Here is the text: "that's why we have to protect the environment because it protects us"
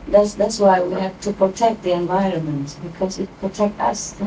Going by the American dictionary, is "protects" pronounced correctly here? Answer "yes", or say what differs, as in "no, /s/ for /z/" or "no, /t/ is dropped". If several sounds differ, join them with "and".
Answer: no, /s/ is dropped